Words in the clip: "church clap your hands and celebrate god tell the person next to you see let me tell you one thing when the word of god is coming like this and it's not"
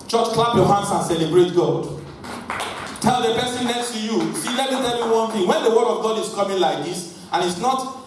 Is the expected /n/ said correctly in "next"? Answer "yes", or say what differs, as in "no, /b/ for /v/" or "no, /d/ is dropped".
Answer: no, /l/ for /n/